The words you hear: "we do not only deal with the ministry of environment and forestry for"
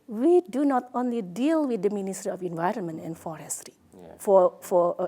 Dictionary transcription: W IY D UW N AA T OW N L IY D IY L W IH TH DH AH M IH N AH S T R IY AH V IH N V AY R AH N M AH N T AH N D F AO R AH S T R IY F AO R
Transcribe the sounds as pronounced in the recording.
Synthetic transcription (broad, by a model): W IY D UW N AA T OW N L IY D IY L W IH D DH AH M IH N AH S T R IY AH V IH N V AY R AH N M AH N T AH N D F AO R AH S T R IY F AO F